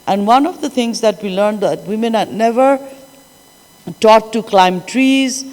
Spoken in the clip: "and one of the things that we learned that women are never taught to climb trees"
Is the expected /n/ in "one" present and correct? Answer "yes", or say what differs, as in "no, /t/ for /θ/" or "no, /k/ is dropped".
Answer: yes